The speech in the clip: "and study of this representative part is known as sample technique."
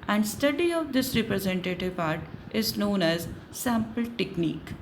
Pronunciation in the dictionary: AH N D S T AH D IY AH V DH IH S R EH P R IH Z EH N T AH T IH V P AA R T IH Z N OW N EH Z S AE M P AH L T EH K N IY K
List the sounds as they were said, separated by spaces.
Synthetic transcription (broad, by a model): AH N D S T AH D IY AH V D IH S R EH P R IH Z EH N T AH T IH V P AA R T IH Z N OW N EH Z S AE M P AH L T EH K N IY K